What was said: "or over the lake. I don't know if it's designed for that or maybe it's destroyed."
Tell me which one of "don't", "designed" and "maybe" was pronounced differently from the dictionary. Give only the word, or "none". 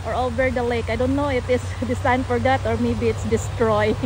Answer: designed